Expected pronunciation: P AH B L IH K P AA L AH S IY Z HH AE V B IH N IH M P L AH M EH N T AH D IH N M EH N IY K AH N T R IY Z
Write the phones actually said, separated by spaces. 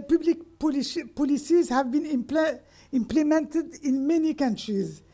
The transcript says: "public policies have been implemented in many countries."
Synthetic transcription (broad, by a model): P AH B L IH K P AA L AH S IY Z HH AE V B IH N IH M P L AH M EH N T AH D IH N M EH N IY K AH N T R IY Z